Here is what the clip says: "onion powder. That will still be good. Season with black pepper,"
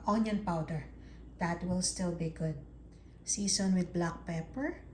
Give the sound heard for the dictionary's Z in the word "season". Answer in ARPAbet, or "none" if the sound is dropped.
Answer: S